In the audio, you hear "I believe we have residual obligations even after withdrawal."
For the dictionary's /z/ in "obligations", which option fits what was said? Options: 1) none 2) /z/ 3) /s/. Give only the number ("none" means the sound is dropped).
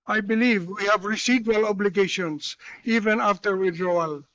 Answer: 3